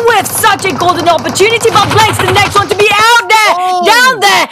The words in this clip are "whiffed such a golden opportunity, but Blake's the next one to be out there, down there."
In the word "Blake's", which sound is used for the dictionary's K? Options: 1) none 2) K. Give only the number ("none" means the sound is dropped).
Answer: 1